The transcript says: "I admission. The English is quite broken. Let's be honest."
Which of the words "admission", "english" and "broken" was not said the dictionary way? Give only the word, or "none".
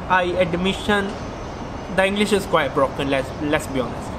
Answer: none